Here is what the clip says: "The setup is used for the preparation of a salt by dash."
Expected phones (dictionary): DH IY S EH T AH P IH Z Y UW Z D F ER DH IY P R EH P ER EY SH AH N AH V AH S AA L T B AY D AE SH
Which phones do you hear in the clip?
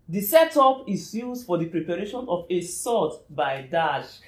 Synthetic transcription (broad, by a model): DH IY S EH T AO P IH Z Y UW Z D F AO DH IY P R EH P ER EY SH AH N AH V AH S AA T B AY D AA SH